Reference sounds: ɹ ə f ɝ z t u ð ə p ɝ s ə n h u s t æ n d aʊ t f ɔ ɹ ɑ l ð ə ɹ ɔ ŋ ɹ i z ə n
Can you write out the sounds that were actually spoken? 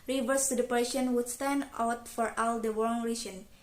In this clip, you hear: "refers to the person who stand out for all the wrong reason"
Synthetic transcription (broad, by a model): ɹ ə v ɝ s t u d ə p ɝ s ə n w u s t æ n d aʊ t f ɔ ɹ ɑ l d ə w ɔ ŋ ɹ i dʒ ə n